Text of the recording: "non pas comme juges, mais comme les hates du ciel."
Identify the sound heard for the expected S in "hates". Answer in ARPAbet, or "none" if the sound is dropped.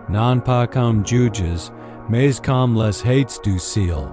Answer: S